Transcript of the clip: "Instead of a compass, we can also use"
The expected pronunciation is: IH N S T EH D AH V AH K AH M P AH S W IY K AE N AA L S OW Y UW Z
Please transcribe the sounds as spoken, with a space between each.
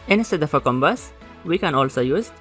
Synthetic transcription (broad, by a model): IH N S T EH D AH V AH K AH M B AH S W IY K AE N AA L S OW Y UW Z